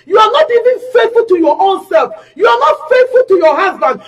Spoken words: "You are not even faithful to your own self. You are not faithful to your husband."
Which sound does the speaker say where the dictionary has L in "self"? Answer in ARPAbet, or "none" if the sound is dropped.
L